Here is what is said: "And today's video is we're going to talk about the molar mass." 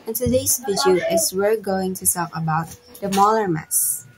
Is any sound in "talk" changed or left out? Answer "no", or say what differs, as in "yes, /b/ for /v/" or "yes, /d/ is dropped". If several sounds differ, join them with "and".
yes, /s/ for /t/